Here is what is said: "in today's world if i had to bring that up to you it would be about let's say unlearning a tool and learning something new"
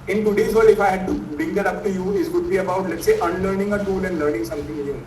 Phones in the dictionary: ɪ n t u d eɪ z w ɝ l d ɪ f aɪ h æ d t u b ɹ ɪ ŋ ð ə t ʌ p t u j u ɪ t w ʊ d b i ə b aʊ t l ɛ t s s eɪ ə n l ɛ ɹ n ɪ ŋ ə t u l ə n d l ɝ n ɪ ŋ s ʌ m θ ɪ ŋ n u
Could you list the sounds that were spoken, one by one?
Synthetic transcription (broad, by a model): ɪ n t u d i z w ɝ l ɪ f aɪ h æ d t u b ɹ ɪ ŋ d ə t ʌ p t u j u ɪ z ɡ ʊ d b i ə b aʊ t l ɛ t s s eɪ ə n l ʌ ɹ n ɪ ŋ ə t u l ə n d l ɝ n ɪ ŋ s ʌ m t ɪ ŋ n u